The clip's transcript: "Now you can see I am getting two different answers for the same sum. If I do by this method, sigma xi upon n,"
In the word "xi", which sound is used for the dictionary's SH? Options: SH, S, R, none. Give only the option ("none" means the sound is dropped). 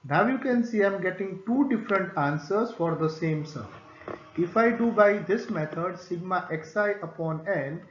S